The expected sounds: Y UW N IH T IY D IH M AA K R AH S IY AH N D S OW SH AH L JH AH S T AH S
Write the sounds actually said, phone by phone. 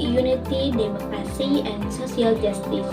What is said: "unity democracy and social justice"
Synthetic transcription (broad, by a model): Y UW N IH T IY D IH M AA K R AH S IY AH N S OW S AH L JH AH S T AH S